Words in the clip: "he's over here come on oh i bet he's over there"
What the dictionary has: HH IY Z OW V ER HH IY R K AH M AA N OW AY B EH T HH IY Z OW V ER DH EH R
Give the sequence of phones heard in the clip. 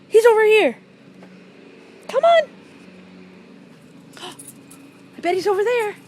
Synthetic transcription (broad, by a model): HH IY Z OW V ER HH IY R K AH M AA N OW AY B EH T HH IY Z OW V ER DH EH R